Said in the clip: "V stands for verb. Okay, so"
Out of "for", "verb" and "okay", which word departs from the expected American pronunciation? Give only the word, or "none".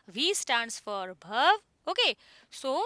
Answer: verb